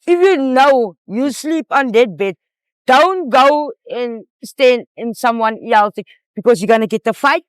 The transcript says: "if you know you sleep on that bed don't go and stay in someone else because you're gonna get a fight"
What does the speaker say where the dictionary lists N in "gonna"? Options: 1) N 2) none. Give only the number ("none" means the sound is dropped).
1